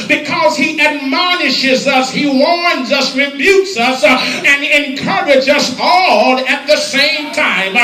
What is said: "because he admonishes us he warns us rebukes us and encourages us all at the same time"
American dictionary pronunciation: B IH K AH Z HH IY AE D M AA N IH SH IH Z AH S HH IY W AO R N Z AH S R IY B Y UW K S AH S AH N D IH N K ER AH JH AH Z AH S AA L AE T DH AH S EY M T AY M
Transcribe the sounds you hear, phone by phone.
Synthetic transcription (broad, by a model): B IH K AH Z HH IY AE D M AA N IH SH IH Z AH S HH IY W AO R N Z AH S R IY B Y UW K S AH S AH N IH N K ER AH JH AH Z AH S AA L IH T DH AH S EY M T AY M